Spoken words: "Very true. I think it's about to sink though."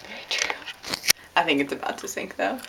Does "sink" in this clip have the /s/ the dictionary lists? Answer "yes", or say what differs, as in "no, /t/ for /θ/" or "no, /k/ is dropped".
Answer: no, /θ/ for /s/